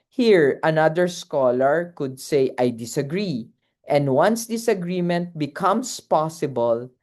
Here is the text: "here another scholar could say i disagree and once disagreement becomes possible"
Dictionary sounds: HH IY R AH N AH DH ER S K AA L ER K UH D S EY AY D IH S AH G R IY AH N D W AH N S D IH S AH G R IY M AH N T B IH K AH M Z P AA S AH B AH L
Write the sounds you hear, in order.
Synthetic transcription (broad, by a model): HH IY R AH N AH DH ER S K AA L ER K UH D S EY AY D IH S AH G R IY AH N D W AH N S D IH S AH G R IY M AH N T B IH K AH M S P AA S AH B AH L